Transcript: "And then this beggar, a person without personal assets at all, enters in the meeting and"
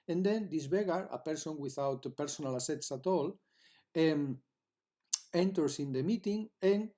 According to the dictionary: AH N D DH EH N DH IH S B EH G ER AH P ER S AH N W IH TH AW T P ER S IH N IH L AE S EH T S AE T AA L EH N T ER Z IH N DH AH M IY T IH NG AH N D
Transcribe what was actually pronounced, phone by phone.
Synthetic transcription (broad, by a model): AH N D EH N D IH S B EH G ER AH P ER S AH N W IH TH AW T P ER S IH N IH L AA S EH T S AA T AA L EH N T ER S IH N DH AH M IY T IH NG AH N